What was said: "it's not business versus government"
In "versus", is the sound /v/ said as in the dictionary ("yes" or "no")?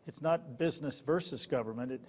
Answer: yes